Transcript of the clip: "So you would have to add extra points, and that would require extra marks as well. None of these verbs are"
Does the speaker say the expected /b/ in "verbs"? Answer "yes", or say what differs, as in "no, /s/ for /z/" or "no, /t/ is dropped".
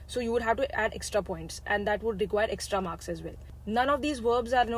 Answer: yes